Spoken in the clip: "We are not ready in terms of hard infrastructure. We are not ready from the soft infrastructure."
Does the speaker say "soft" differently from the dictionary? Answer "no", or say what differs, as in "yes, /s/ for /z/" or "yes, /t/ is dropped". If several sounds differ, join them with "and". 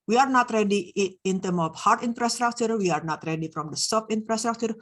yes, /t/ is dropped